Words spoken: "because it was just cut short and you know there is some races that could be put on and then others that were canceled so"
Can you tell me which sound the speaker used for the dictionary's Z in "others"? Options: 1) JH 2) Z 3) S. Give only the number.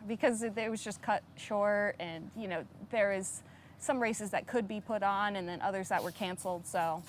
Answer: 2